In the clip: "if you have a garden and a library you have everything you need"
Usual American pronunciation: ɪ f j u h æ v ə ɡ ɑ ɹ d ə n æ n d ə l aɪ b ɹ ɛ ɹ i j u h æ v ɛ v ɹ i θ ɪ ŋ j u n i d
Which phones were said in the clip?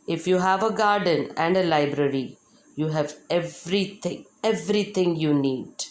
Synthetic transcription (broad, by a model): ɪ f j u h æ v ə ɡ ɑ ɹ d ə n æ n d ə l aɪ b ɹ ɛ ɹ i j u h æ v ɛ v ɹ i t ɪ ŋ j u n i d